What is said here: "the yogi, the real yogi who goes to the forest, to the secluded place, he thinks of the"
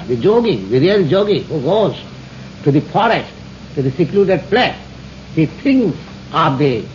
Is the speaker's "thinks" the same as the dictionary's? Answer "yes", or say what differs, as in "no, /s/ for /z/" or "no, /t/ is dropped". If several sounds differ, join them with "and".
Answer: no, /t/ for /θ/ and /k/ is dropped